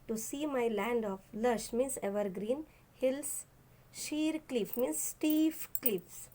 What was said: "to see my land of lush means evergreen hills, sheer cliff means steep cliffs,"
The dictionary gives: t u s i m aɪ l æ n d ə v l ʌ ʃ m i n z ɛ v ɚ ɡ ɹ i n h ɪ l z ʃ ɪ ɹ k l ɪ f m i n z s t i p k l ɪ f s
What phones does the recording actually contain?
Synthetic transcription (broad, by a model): t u s i m aɪ l æ n d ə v l ʌ ʃ m i n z ɛ v ɚ ɡ ɹ i n h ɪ l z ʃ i ɹ k l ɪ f m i n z s t i f k l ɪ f s